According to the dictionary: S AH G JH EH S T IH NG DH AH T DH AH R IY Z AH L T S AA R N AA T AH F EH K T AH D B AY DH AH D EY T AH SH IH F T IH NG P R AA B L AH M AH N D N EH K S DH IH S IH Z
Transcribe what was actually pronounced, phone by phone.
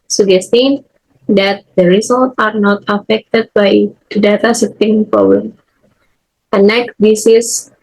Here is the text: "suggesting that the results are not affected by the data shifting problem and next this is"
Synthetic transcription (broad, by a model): S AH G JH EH S T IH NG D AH T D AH R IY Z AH L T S AA R N AA T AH F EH K T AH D B AY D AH D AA T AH S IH T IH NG P R AA B L AH M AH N N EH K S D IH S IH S